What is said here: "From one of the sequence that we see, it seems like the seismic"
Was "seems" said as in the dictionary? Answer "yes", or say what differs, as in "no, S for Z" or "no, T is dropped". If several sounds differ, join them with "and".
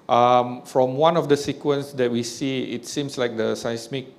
no, S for Z